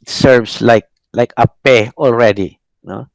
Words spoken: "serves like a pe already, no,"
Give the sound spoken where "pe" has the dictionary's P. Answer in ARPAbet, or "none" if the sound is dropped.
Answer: P